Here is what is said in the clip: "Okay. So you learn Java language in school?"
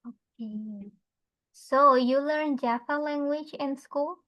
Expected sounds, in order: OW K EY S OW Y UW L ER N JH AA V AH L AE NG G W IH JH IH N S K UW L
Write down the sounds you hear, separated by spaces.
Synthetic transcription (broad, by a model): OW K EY S OW Y UW L ER N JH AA P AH L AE NG G W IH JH IH N S K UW L